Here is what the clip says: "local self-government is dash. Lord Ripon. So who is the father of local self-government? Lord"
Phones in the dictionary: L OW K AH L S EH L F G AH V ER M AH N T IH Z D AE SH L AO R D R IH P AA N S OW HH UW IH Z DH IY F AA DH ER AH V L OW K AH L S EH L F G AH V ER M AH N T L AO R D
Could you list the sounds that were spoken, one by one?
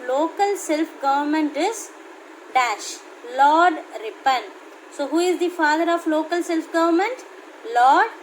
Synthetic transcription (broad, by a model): L OW K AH L S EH L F G AH V ER M AH N T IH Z D AE SH L AO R D R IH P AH N S OW HH UW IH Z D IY F AA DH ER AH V L OW K AH L S EH L F G AH V ER M AH N T L AO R D